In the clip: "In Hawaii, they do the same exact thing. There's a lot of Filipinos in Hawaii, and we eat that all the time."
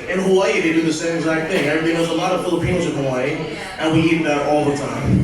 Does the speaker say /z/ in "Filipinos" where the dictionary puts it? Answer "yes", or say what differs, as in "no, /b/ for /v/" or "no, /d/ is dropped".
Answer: no, /z/ is dropped